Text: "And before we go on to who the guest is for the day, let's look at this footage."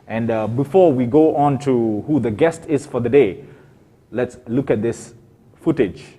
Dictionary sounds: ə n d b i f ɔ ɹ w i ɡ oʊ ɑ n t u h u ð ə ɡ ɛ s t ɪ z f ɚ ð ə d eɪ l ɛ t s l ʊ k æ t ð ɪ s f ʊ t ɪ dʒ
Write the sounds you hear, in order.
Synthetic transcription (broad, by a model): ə n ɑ b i f ɔ w i ɡ oʊ ɑ n t u h u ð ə ɡ ɛ s t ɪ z f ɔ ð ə d eɪ l ɛ t s l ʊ k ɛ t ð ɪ s f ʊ t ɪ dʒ